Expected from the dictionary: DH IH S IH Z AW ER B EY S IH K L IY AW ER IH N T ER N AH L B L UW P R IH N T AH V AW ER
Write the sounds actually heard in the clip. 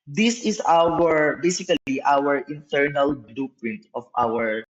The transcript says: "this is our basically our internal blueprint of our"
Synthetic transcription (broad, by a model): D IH S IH S AW ER B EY S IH K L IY AW ER IH N T ER N AH L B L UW P R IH N T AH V AW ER